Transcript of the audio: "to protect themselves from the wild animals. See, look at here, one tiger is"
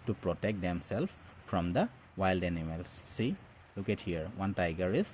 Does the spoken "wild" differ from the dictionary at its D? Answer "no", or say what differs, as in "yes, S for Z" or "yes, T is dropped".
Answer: no